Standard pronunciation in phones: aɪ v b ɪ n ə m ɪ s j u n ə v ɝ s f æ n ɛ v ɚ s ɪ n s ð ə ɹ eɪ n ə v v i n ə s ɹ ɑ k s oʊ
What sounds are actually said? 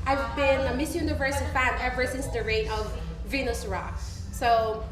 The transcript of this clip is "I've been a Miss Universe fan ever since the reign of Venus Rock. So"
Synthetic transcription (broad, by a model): aɪ v b ɪ n ə m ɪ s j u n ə v ɝ s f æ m ɛ v ɚ s ɪ n s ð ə ɹ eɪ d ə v v i n ə s ɹ ɑ k s oʊ